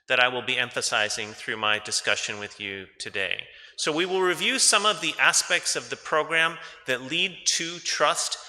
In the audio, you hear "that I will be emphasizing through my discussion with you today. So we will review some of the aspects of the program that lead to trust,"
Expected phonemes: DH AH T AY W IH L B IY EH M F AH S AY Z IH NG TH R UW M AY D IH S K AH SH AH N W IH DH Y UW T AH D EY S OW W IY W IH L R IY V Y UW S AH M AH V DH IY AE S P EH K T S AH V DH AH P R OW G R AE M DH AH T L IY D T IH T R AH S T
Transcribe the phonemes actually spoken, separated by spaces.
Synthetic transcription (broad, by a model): DH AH T AY W IH L B IY EH M F AH S AY Z IH NG TH R UW M AY D IH S K AH SH AH N W IH DH Y UW T AH D EY S OW W IY W IH L R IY V Y UW S AH M AH V DH IY AE S P EH K T S AH V DH AH P R OW G R AE M DH AH T L IY D T IH T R AH S T